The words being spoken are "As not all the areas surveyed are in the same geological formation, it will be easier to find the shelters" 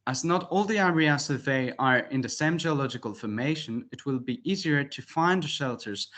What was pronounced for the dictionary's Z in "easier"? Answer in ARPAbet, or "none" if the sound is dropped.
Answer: Z